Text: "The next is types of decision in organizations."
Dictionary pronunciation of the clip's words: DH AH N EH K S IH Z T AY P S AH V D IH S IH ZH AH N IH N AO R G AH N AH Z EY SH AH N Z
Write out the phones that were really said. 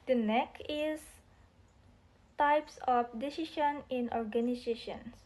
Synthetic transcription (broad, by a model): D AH N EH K IH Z T AY P S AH F D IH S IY SH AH N IH N AO R G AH N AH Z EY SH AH N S